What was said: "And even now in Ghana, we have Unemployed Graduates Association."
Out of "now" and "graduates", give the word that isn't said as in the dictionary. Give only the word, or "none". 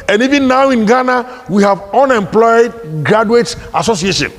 graduates